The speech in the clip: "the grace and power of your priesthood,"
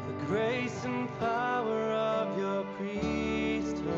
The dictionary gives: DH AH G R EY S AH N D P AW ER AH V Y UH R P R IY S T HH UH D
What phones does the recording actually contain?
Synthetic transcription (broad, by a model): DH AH G R EY S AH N P AW ER AH V Y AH R P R IY S T